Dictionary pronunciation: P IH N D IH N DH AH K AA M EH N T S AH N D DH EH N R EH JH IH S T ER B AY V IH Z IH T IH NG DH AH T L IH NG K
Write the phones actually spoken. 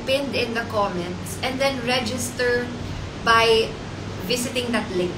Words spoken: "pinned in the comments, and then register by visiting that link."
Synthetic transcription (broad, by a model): P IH N D IH N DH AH K AA M EH N T S AH N D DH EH N R EH JH IH S T ER B AY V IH S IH T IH NG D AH T L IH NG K